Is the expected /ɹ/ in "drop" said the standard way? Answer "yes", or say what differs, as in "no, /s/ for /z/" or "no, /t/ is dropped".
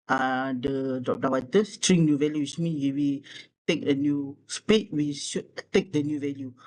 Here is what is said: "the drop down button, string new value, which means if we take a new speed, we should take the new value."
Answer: no, /ɹ/ is dropped